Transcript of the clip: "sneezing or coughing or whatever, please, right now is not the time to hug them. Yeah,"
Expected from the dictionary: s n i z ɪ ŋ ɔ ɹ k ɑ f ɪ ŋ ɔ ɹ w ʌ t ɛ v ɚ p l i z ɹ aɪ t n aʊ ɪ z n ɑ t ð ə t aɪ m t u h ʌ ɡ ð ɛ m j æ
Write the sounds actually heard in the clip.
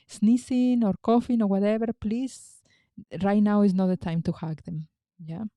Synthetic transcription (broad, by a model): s n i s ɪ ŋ ɔ ɹ k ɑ f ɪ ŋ ɔ ɹ w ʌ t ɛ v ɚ p l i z ɹ aɪ t n aʊ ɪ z n ɑ t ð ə t aɪ m t u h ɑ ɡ ð ɛ m j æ